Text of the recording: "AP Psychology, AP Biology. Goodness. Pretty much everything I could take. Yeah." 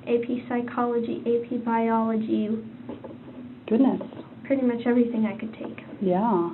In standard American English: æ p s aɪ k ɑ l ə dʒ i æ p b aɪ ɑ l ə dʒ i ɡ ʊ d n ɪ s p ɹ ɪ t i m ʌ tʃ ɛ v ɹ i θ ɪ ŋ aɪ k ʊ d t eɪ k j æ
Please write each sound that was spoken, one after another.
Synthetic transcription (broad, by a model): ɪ p s aɪ k ɑ l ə dʒ i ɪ p b aɪ ɑ l ə dʒ i ɡ ʊ d n ɪ s p ɹ ɪ t i m ʌ tʃ ɛ v ɹ i θ ɪ ŋ aɪ k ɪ d t eɪ k j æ